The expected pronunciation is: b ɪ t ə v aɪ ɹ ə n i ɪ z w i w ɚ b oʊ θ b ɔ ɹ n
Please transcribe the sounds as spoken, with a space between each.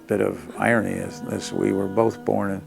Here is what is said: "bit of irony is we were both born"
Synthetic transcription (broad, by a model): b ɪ t ə v aɪ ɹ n i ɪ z w i w ɚ b oʊ θ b ɔ ɹ n